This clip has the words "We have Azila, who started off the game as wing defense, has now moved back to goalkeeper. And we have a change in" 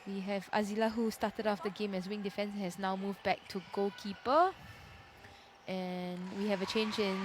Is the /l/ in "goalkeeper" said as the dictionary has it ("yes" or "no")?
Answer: no